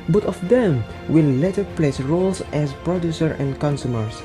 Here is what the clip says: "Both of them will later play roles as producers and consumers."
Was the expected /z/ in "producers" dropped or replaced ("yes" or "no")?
yes